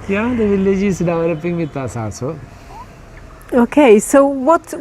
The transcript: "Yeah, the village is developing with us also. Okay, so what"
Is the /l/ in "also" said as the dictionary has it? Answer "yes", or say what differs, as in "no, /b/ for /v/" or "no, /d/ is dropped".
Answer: no, /l/ is dropped